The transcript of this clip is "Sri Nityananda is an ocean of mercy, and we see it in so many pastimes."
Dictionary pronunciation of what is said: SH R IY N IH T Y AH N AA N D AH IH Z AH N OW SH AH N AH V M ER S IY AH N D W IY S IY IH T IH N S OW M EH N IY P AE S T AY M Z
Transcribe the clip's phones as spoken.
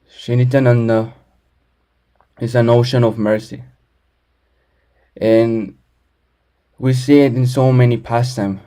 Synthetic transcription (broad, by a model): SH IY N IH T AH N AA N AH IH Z AH N OW SH AH N AH V M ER S IY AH N W IY S IY IH T IH N S OW M EH N IY P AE S T AY M